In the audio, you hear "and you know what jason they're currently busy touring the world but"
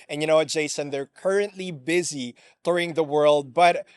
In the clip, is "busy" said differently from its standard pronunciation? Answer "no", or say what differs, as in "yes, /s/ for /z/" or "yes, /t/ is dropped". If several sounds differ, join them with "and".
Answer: no